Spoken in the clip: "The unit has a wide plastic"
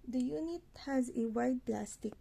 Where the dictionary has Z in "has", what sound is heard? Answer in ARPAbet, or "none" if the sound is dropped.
Z